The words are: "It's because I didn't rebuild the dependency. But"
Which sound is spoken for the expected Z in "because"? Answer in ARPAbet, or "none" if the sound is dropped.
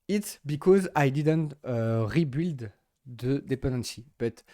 Z